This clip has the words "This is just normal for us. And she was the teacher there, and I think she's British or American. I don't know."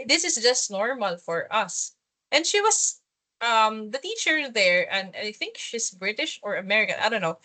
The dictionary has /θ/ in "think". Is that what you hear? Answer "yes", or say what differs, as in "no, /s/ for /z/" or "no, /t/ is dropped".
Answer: yes